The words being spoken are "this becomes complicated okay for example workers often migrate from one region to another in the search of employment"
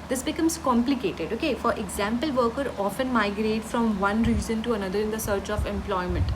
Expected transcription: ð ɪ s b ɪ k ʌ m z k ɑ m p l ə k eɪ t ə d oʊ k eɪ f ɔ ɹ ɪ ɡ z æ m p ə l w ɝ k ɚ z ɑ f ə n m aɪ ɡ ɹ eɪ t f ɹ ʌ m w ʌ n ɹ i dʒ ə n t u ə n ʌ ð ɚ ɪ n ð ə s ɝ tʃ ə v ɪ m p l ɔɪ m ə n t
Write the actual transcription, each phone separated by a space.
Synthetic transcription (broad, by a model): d ɪ s b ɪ k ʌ m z k ɑ m p l ə k eɪ t ə d oʊ k eɪ f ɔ ɹ ɪ ɡ z æ m p ə l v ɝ k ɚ ɑ f ə n m aɪ ɡ ɹ eɪ t f ɹ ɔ m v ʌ n ɹ i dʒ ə n t u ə n ʌ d ɚ ɪ n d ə s ɝ tʃ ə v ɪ m p l ɔɪ m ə n t